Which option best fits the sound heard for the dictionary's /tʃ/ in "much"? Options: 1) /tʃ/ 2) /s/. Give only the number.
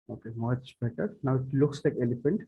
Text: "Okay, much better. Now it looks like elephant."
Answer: 2